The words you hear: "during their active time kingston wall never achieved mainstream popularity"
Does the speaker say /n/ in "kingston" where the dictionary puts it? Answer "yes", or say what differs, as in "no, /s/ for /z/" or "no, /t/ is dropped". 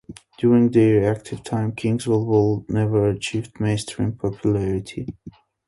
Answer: no, /l/ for /n/